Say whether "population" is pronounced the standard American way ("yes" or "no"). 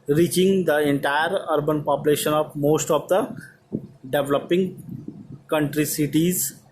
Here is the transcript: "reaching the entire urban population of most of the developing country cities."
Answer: yes